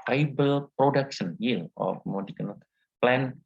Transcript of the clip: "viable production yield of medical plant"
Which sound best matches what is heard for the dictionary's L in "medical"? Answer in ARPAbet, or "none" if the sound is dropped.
N